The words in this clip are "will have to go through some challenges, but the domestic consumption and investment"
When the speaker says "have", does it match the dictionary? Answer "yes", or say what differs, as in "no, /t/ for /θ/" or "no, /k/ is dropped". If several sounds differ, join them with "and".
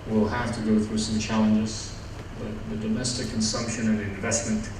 no, /f/ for /v/